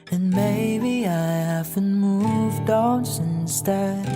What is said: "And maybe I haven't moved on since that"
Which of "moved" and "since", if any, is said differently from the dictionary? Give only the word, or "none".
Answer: none